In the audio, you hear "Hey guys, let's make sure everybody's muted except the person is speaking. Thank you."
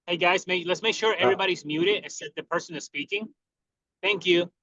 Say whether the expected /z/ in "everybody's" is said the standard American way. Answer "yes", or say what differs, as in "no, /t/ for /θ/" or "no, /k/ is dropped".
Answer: yes